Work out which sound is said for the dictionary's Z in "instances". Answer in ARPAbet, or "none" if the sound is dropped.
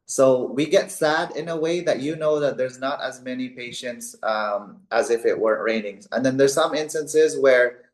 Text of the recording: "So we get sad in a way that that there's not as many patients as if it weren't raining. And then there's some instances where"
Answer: Z